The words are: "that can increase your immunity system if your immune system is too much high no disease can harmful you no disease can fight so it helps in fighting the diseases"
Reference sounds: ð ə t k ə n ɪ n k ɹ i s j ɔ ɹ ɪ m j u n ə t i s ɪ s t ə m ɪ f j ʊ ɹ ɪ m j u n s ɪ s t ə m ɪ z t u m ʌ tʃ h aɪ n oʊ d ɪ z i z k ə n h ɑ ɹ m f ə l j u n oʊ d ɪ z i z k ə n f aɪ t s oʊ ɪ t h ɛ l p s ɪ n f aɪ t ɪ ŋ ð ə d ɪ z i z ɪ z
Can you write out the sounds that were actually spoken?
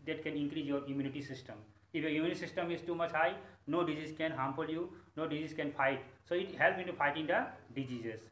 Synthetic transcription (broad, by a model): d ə t k ə n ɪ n k ɹ i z j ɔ ɹ ɪ m j u n ə t i s ɪ s t ə m ɪ f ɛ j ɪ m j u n s ɪ s t ə m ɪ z t u m ʌ tʃ h aɪ n oʊ d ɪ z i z k ə n h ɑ m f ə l j u n oʊ d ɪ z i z k ə n f aɪ t s oʊ ɪ t h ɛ l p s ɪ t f aɪ t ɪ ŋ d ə d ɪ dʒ i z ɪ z